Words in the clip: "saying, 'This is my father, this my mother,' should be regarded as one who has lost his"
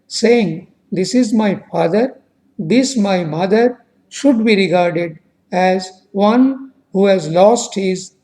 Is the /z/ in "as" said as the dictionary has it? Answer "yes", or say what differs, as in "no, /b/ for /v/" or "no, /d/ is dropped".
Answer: yes